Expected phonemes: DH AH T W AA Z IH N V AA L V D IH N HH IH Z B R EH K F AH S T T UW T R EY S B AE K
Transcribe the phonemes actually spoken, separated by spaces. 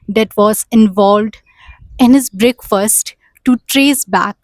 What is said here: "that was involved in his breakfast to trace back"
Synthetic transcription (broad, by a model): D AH T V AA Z IH N V AA L V D IH N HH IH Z B R EH K F AH S T T UW T R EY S B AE K